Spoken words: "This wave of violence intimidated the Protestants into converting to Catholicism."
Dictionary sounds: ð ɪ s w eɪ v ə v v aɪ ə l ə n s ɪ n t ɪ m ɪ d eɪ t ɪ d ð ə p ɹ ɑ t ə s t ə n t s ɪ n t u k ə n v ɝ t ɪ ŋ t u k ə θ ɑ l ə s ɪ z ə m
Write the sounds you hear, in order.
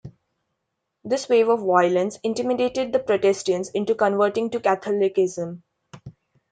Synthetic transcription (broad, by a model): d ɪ s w eɪ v ə v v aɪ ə l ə n s ɪ n t ɪ m ɪ d eɪ t ɪ d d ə p ɹ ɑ t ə s t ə n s ɪ n t u k ə n v ɝ t ɪ ŋ t u k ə t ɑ l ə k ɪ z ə m